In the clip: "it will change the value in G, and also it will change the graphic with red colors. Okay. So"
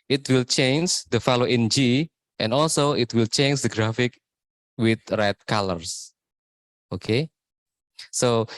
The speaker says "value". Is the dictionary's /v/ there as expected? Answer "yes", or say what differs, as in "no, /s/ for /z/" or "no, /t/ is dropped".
no, /f/ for /v/